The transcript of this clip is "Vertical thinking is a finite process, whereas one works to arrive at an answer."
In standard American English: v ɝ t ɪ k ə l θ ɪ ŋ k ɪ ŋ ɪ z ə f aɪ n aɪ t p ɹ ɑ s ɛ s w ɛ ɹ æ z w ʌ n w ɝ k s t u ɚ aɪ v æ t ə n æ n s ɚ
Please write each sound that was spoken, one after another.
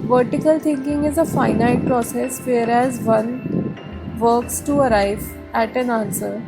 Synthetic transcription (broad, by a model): v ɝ t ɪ k ə l t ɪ ŋ k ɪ ŋ ɪ z ə f aɪ n aɪ t p ɹ ɑ s ɛ s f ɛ ɹ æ z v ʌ n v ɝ k s t u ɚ aɪ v æ t ə n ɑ n s ɚ